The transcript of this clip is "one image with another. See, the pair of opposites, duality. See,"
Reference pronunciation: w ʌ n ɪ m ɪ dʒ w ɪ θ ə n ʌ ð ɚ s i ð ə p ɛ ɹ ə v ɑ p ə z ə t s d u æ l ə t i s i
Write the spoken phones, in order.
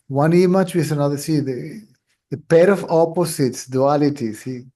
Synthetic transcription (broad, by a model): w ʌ n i m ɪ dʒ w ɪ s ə n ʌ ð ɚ s i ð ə p ɛ ɹ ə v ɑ p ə s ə t s d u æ l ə t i s i